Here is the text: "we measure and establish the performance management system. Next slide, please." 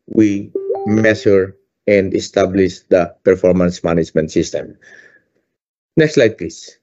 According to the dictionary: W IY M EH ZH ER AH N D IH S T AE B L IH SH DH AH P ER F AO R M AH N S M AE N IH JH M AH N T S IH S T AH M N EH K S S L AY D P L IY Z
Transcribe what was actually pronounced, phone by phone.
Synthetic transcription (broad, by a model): W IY M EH SH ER AH N D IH S T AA B L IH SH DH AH P ER F AO R M AH N S M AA N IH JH M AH N T S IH S T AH M N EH K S S L AY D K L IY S